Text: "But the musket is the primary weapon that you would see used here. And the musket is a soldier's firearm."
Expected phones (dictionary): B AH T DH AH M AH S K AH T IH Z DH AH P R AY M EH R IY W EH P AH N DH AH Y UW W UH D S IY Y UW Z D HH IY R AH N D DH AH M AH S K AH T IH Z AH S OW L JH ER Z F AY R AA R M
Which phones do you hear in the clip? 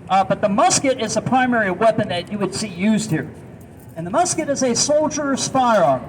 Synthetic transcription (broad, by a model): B AH T DH AH M AH S K AH T IH Z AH P R AY M EH R IY W EH P AH N DH AH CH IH W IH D S IY Y UW Z D HH IY R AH N DH AH M AH S K AH T IH Z AH S OW L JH ER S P AY R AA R